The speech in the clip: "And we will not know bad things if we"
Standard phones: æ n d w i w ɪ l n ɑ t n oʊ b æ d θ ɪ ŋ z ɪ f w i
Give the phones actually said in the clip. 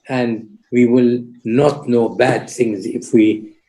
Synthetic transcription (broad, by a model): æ n d w i w ɪ l n ɑ t n oʊ b æ d θ ɪ ŋ z ɪ f w i